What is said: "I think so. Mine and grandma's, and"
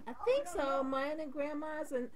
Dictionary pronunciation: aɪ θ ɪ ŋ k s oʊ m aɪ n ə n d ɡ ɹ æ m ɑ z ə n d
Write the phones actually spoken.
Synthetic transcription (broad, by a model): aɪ θ ɪ ŋ k s oʊ m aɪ ə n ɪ ɡ ɹ æ m ɑ z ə n